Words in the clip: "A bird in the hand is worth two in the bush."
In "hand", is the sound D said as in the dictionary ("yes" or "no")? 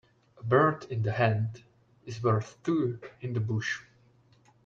yes